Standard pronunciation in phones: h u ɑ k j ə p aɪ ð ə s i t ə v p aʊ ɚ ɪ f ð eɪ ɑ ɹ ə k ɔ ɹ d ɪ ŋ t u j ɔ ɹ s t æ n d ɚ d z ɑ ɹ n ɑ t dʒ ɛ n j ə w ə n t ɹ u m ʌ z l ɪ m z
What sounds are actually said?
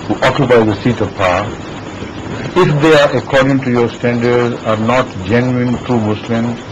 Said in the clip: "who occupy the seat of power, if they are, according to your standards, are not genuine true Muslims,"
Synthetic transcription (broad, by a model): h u ɑ k j ə p aɪ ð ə s i t ə v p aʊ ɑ ɪ f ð eɪ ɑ ɹ ə k ɔ ɹ d ɪ ŋ t u j ɔ ɹ s t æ n d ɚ d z ɑ ɹ n ɑ t dʒ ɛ n j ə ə n t ɹ u m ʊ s l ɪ m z